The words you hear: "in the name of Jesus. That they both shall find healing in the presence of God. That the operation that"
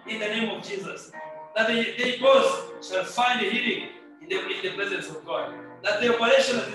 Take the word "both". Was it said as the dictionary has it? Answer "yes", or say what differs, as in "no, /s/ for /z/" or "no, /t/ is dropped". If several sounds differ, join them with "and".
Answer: no, /s/ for /θ/